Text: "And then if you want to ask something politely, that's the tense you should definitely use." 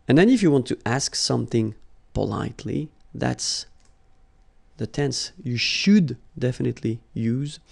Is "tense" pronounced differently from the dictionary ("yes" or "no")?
no